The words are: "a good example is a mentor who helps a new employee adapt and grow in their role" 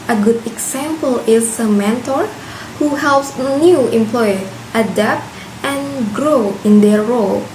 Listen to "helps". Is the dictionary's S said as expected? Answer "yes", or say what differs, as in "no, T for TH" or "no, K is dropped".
yes